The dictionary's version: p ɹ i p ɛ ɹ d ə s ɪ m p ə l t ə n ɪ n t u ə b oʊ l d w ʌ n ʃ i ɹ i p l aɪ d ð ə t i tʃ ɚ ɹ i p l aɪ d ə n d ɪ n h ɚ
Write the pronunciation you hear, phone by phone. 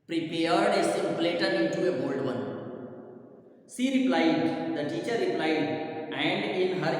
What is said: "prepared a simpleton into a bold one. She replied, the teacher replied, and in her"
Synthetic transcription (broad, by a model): p ɹ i p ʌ ɹ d ə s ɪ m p l t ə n ɪ n t u ə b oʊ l d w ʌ n s i ɹ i p l aɪ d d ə t i tʃ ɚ ɹ i p l aɪ d ə n d ɪ n h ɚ